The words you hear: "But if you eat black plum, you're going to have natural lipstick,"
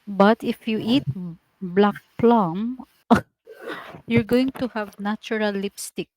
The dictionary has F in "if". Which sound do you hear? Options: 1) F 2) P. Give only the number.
1